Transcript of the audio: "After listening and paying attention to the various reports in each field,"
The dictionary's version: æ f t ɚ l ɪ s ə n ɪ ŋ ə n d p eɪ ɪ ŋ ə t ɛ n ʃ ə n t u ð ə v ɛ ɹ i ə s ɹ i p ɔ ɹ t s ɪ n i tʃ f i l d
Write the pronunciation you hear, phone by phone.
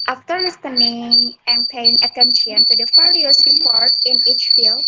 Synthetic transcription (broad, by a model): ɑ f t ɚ l ɪ s ə n ɪ ŋ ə n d p eɪ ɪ ŋ ə t ɛ n ʃ ə n t u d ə f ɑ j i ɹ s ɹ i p ɔ ɹ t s ɪ n i tʃ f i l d